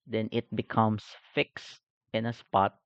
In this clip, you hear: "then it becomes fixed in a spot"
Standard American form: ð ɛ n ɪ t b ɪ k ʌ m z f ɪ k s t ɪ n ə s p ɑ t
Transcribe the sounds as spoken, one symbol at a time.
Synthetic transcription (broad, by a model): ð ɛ n ɪ t b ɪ k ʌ m s f ɪ k s t ɪ n ə s p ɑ t